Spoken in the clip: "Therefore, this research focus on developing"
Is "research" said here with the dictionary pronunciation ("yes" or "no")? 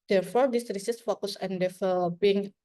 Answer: no